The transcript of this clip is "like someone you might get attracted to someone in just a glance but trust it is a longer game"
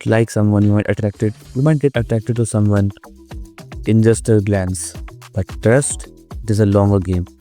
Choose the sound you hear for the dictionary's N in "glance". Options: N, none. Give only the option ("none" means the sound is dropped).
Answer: N